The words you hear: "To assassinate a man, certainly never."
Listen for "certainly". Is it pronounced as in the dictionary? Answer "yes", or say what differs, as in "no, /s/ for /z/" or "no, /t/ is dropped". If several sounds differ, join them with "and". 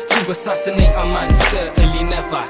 no, /n/ is dropped